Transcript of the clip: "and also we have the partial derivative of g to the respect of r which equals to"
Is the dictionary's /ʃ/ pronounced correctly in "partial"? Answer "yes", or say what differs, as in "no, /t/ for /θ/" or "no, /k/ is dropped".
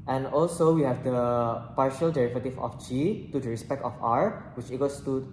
yes